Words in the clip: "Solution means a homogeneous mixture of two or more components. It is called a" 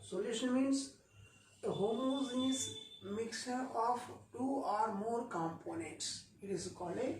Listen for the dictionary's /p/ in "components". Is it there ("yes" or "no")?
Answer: yes